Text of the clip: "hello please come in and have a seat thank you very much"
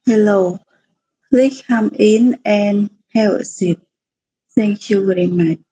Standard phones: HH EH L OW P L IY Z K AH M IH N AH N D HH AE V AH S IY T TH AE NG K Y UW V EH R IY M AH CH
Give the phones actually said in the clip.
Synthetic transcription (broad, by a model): HH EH L OW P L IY K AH M IH N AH N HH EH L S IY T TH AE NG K Y UW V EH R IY M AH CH